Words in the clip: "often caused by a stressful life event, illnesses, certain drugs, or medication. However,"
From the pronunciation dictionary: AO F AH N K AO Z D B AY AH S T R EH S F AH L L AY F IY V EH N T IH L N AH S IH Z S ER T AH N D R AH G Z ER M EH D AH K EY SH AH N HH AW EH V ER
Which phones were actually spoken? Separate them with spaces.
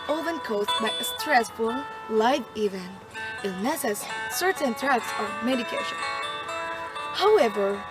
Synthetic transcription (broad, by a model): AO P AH N K AO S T B AY AH S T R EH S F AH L L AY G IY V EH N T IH N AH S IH S ER T AH N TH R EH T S ER M EH D AH K EY SH AH N HH AW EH V ER